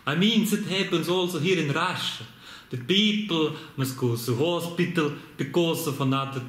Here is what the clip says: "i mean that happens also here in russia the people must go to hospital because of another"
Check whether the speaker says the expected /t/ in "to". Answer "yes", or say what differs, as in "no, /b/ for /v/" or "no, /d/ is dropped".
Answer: no, /s/ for /t/